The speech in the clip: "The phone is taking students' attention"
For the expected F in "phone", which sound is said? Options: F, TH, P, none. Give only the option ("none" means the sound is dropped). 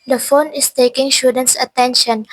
F